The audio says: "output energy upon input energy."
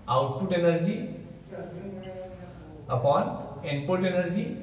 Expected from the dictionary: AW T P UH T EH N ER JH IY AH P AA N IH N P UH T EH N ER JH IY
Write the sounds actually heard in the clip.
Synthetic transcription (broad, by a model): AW T P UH T EH N ER JH IY AH P AA N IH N P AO T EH N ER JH IY